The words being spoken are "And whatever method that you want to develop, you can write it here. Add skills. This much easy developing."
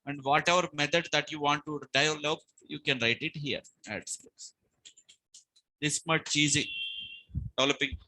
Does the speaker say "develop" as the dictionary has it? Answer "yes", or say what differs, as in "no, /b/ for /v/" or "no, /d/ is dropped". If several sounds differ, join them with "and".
no, /v/ is dropped